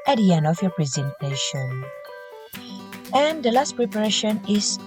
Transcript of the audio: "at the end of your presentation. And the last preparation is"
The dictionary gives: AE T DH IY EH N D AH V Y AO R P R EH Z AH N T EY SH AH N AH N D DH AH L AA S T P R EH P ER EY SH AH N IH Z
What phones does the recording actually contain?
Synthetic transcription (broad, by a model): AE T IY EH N AH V Y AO P R EH Z AH N T EY SH AH N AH N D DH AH L AA S T P R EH P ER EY SH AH N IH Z